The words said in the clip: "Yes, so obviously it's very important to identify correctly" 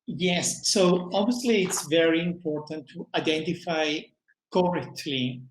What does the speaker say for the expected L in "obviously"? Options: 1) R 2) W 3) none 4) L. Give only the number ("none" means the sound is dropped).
4